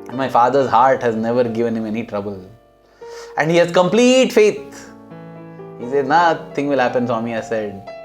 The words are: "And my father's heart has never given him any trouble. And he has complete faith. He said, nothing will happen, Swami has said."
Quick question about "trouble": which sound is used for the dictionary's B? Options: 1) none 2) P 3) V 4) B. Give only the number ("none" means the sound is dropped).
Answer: 4